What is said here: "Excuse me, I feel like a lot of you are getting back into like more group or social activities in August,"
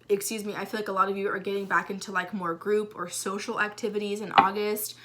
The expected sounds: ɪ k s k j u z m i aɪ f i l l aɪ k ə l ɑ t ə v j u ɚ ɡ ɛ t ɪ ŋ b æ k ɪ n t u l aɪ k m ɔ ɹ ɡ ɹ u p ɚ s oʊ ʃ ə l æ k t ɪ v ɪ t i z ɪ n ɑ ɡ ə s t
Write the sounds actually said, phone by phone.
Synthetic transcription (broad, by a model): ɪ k s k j u z m i aɪ f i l l aɪ k ə l ɑ t ə v j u ɚ ɡ ɛ t ɪ ŋ b æ k ɪ n t u l aɪ k m ɔ ɹ ɡ ɹ u p ɚ s oʊ ʃ l æ k t ɪ v ɪ t i z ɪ n ɑ ɡ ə s t